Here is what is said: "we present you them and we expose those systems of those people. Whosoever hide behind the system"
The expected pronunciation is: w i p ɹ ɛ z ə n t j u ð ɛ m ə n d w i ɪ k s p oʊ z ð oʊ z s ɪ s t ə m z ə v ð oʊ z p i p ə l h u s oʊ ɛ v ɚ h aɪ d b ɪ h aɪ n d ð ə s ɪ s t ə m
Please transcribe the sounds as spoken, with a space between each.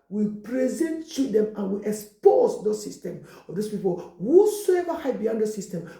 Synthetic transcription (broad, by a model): w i p ɹ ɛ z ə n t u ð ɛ m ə n w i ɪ k s p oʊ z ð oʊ s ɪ s t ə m ə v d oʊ s p i p ə l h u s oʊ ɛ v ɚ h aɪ b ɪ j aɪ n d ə s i s t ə m